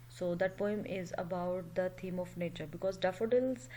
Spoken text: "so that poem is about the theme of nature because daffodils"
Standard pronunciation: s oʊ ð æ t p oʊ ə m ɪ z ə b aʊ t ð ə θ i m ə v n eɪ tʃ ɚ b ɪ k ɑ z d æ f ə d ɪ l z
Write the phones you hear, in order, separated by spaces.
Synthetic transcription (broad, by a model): s oʊ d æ t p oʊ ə m ɪ z ə b aʊ t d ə t i m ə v n eɪ tʃ ɚ b ɪ k ɑ z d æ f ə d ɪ l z